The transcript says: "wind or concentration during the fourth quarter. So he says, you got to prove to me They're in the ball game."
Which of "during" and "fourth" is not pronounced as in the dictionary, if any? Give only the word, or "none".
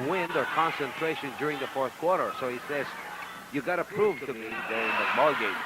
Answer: none